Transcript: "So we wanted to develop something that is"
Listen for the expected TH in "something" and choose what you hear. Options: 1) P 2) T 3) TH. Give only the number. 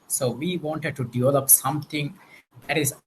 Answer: 2